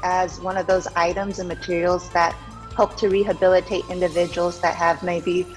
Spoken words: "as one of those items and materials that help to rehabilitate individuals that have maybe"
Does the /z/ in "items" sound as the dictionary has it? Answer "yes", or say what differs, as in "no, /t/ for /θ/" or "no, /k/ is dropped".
yes